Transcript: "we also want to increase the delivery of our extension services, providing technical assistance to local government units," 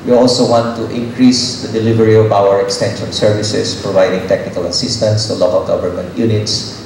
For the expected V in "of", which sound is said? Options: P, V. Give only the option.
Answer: P